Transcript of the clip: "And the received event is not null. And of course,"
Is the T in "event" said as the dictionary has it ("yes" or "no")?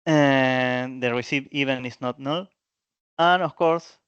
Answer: no